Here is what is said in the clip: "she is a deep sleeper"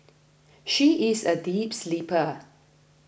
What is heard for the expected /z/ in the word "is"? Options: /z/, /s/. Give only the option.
/z/